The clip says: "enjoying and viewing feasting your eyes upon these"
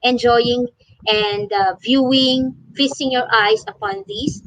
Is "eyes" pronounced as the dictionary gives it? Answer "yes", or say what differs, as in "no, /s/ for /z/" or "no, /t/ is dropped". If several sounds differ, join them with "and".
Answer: no, /s/ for /z/